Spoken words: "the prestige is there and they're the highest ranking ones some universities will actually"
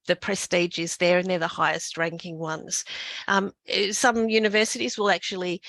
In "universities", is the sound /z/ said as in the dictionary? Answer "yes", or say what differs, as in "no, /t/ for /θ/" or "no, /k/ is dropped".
yes